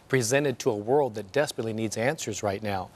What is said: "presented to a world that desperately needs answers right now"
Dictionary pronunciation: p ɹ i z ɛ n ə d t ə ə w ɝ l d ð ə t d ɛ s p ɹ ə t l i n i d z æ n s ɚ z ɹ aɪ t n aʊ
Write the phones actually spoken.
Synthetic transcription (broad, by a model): p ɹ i z ɛ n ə d t ə ə w ɝ l d ð ə t d ɛ s p ɹ ə t l i n i d z æ n s ɚ z ɹ aɪ t n aʊ